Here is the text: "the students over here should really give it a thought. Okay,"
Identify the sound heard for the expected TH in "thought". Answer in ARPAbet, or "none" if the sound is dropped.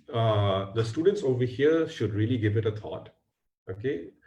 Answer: T